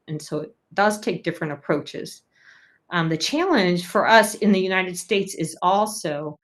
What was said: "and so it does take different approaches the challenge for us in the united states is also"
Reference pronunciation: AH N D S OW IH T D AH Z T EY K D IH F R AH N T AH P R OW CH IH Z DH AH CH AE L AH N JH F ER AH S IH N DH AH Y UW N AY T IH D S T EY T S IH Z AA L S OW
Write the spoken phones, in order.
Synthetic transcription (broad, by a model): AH N S OW IH T D AH Z T EY K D IH F R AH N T AH P R OW CH IH Z DH AH CH AE L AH N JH F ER AH S IH N DH AH Y UW N AY T IH D S T EY T S IH Z AA L S OW